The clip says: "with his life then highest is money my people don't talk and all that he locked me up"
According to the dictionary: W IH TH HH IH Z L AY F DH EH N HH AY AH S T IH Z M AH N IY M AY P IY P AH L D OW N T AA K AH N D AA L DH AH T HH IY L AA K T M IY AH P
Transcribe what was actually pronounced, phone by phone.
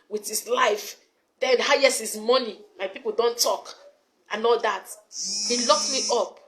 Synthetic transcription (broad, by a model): W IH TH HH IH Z L AY F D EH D HH AY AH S IH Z M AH N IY M AY P IY P AH L D OW N T AA K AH N AA L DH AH T HH IY L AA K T M IY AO P